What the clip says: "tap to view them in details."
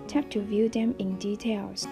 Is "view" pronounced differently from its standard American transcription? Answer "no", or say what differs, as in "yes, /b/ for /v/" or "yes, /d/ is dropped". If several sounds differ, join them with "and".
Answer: no